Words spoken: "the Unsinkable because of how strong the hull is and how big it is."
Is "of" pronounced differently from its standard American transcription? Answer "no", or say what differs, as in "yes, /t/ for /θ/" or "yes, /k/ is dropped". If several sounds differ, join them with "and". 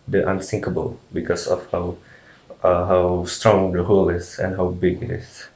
yes, /w/ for /v/